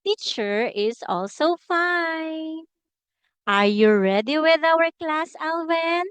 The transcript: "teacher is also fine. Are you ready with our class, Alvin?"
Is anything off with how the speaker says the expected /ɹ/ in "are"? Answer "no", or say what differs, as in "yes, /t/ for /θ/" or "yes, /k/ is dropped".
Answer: no